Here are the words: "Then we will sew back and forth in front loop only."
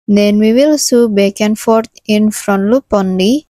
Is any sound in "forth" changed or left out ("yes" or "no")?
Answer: yes